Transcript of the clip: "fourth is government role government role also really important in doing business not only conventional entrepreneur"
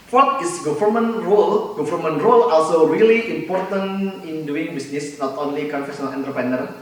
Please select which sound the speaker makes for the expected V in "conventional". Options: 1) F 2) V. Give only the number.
1